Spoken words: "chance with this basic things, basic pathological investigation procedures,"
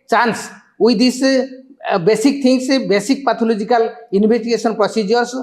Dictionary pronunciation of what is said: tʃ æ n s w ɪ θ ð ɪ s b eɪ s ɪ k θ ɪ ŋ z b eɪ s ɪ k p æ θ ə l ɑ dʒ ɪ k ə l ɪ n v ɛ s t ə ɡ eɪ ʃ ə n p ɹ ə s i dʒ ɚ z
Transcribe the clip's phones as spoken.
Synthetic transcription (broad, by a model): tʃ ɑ n s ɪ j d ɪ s b eɪ s ɪ k t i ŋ s b eɪ s ɪ k p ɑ t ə l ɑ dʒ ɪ k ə l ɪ n b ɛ s t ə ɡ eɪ s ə n p ɹ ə s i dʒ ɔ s